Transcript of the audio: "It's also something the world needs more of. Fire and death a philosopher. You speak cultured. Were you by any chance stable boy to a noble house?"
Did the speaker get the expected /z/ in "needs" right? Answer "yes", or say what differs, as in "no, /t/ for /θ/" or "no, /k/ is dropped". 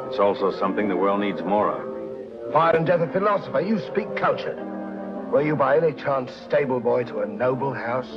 yes